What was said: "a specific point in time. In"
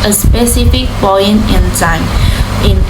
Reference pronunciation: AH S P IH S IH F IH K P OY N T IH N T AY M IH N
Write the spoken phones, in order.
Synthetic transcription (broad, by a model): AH S P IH S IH F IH K B OY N IH N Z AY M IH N